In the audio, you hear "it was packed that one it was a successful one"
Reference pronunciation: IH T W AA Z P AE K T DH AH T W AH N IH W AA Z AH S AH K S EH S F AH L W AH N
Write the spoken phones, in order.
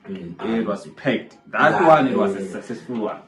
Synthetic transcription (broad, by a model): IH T W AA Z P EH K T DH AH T W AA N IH W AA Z AH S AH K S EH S AH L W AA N